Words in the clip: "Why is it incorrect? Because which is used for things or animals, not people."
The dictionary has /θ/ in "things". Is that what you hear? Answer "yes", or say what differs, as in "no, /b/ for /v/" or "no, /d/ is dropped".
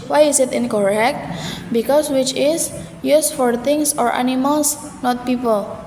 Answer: no, /t/ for /θ/